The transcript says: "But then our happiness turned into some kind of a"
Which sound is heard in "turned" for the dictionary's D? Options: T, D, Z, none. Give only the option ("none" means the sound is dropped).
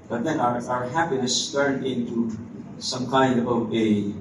none